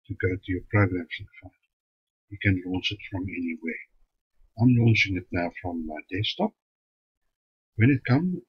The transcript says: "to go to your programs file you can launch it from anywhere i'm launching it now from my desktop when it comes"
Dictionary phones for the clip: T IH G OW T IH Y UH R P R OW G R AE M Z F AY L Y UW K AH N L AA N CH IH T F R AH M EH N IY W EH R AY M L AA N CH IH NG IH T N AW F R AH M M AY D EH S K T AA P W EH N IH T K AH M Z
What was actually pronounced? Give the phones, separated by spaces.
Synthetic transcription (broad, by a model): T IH G OW T IH Y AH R P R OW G R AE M S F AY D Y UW K AH N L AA N S IH T F R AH M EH N IY W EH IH AY M L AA N S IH NG IH T N AW F R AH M M AY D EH S T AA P W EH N IH T K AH M